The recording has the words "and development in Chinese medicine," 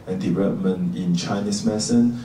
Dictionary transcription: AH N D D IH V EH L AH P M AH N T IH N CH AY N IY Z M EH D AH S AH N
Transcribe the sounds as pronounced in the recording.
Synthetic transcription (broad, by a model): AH N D D IH V EH L AH P M AH N T IH N CH AY N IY S M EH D S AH N